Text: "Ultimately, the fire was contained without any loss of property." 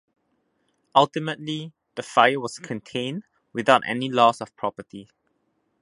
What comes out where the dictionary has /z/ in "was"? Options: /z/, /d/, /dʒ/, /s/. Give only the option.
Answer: /s/